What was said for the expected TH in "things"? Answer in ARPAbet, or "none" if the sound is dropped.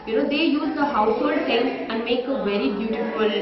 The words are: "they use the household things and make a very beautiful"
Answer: S